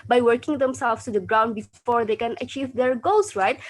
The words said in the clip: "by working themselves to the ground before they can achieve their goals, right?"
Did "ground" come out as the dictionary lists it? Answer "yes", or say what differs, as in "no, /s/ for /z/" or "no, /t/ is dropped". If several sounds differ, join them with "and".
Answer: yes